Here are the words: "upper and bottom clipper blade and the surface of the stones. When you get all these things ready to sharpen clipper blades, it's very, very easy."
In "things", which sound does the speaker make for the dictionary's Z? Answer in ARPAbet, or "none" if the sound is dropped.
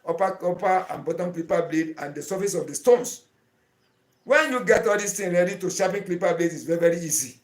none